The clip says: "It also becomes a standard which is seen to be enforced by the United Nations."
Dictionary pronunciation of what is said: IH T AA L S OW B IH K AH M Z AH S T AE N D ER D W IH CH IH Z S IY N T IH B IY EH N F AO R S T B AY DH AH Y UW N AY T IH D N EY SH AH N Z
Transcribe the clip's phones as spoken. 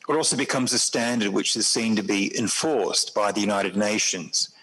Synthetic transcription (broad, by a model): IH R AA L S OW B IH K AH M Z AH S T AE N D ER D W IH CH IH Z S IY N T IH B IY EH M F AO R S B AY DH AH Y UW N AY T IH D N EY SH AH N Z